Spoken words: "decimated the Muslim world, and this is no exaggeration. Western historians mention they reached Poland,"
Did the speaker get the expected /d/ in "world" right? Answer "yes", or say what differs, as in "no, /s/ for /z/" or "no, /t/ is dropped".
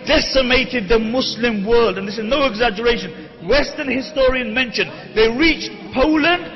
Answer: yes